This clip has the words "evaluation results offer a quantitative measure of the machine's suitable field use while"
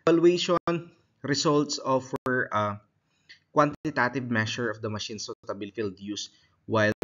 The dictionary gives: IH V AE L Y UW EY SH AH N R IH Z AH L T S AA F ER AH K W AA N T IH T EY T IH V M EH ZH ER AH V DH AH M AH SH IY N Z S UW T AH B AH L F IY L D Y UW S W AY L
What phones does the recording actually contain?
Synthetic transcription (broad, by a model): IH L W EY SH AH N R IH S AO L T S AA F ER AH K W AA N T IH T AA T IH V M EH SH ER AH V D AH M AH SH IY N S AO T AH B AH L F IY L D Y UW S W AY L